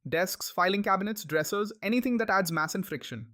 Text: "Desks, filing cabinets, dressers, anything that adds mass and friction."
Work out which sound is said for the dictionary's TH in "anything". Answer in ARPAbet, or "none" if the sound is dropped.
T